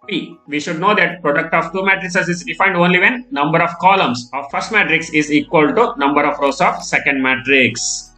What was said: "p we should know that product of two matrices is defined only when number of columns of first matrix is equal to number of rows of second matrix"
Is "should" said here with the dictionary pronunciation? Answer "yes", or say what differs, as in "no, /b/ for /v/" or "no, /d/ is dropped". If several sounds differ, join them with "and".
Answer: yes